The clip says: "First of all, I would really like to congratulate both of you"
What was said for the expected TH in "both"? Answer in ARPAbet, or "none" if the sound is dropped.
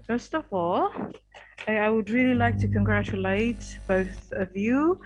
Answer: TH